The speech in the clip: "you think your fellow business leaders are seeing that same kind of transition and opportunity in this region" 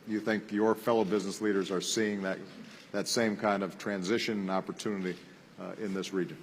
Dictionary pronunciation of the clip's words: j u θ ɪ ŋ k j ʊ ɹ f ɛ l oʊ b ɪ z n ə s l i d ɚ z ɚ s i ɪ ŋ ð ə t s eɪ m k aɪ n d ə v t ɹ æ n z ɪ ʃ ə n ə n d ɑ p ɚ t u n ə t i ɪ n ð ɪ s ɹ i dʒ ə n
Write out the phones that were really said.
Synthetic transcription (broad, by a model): j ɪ θ ɪ ŋ k j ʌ ɹ f ɛ l oʊ b ɪ z n ə s l i d ɚ z ɚ s i ɪ ŋ ð ə t s eɪ m k aɪ n d ə v t ɹ æ n z ɪ ʃ ə n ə n ɑ p ɚ t u n ə t i ɪ n ð ɪ s ɹ i dʒ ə n